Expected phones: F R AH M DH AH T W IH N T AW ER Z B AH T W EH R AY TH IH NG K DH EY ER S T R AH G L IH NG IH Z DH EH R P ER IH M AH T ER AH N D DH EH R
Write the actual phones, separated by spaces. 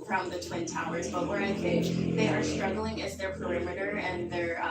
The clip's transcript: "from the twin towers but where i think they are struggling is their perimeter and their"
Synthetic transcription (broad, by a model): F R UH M DH AH T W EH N T AW ER Z B AH T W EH R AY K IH DH EY ER S T R AH G L IH NG IH Z DH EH R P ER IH M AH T ER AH N DH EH R